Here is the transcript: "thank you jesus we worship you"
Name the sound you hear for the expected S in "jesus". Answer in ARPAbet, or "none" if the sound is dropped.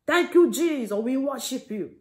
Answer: none